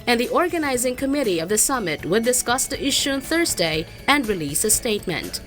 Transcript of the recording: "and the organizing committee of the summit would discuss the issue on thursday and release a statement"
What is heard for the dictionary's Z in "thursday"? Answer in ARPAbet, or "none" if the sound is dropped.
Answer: Z